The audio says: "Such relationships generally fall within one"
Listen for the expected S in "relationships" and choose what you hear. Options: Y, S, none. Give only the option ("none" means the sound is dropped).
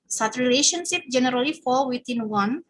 none